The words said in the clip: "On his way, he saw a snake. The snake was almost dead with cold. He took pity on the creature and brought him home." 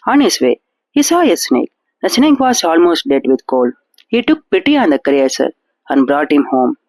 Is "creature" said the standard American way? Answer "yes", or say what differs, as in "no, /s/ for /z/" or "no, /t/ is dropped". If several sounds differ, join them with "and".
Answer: no, /s/ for /tʃ/